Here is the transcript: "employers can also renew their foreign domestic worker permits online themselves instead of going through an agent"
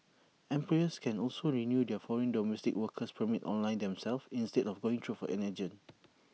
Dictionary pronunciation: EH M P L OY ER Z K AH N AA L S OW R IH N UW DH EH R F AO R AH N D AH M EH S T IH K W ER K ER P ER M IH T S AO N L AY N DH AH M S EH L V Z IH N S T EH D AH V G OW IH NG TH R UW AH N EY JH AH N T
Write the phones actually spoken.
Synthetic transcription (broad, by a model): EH M P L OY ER S K AH N AA L S OW R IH N UW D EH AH F AO R AH N D AH M EH S T IH K W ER K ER P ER M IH T AO N L AY N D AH M S EH L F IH N S T EH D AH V G OW IH NG T R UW AH N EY JH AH N